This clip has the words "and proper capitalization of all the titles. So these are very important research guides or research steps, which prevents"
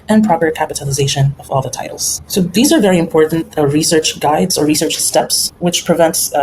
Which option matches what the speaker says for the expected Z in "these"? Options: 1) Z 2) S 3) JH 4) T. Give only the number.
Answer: 1